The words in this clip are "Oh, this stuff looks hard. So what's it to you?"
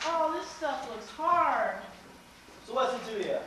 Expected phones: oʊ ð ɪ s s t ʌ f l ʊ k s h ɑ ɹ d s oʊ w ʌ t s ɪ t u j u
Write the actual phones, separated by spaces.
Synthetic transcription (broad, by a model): oʊ ð ɪ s s t ʌ f l ʊ k s h ɑ ɹ d s oʊ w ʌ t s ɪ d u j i